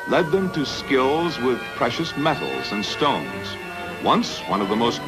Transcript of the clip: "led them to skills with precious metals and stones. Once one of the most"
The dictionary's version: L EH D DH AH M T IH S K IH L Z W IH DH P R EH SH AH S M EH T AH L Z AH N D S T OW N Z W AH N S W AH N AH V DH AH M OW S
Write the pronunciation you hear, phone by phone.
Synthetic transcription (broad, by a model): L EH D DH AH M T IH S K IH L Z W IH DH P R EH SH AH S M EH T L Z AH N S T OW N Z W AH N S W AH N AH V DH AH M OW S